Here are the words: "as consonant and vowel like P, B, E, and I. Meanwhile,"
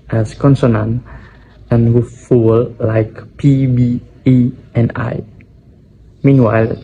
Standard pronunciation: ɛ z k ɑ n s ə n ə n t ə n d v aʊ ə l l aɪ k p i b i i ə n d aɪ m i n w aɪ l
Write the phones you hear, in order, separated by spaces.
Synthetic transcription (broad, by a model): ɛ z k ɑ n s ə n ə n ə n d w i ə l l aɪ k p i b i i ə n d aɪ m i n w aɪ l